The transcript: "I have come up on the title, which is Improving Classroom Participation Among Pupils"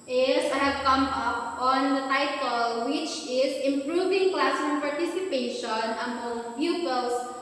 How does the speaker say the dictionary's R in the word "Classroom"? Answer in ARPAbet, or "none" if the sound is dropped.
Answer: none